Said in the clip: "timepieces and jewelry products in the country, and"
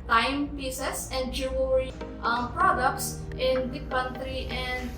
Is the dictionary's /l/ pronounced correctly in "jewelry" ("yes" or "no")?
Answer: no